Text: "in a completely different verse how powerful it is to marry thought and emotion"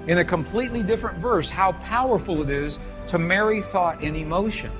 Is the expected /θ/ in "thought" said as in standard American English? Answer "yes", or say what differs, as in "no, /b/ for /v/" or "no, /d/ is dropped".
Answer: yes